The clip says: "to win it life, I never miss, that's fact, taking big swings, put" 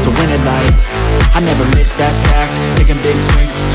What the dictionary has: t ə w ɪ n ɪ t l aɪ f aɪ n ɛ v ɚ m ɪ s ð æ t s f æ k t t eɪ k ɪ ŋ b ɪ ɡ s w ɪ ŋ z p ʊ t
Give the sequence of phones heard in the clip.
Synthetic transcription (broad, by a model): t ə w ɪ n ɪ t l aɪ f aɪ n ɛ v ɚ m ɪ s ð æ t f æ k t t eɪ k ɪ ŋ b ɪ ɡ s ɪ z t